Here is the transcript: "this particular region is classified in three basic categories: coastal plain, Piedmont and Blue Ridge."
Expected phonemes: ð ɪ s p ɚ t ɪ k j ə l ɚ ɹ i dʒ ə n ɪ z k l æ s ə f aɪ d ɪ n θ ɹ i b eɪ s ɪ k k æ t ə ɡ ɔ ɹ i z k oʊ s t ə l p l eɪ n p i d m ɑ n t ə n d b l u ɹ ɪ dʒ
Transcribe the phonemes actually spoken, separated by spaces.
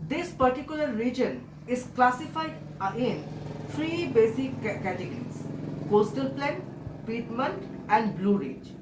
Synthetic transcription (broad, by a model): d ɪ s p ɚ t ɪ k j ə l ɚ ɹ i dʒ ə n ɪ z k l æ s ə f aɪ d ɪ n f ɹ i b eɪ s ɪ k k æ t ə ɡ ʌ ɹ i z k oʊ s t ə l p l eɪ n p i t m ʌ n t ə n d b l u ɹ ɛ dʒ